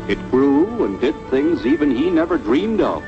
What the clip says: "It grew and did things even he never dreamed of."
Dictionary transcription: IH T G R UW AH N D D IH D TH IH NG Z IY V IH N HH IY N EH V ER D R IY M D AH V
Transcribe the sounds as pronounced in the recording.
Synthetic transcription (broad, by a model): IH T G R UW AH N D D IH D TH IH NG Z IY V IH N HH IY N EH V ER D R IY M D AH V